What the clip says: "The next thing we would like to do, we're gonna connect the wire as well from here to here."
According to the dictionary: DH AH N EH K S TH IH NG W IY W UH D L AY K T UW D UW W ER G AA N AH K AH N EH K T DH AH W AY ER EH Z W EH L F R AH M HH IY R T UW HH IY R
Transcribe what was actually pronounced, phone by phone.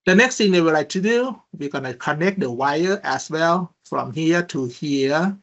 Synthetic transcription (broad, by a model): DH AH N EH K S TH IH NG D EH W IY L AY K T UW D UW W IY G AA N AH K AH N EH K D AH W AY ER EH S W EH L F R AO M HH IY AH T UW HH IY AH